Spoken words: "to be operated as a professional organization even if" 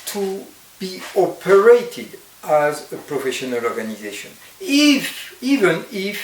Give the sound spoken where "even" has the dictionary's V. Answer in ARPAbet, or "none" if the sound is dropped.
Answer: V